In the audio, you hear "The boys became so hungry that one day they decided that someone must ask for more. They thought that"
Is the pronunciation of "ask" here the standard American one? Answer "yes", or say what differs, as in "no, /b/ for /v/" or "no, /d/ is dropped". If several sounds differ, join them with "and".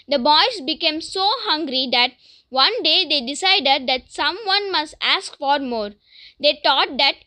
yes